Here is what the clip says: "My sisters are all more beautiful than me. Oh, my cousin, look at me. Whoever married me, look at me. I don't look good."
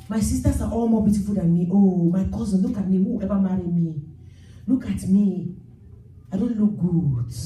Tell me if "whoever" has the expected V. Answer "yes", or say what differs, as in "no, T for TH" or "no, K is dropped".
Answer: no, B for V